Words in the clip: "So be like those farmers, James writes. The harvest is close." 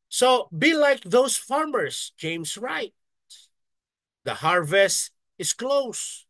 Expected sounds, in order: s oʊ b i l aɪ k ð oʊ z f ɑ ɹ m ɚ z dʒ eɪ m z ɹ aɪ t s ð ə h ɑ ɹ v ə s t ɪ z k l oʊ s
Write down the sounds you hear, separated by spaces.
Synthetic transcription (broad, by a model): s oʊ b i l aɪ k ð oʊ s f ɑ ɹ m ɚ s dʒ eɪ m s ɹ aɪ t s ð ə h ɑ ɹ v ə s t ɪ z k l oʊ s